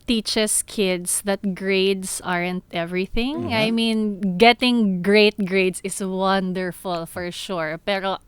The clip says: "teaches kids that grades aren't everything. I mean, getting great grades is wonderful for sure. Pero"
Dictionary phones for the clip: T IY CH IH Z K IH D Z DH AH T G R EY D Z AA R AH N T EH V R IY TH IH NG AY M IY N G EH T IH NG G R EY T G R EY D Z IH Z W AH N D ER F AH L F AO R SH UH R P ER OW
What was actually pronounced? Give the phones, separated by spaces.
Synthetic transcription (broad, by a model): T IY CH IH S K IH D S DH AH T G R EY D S AA R AH N T EH V R IY TH IH NG AY M IY N G EH T IH NG G R EY T G R EY D S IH S W AH N D ER F AH L F AO R SH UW R P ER OW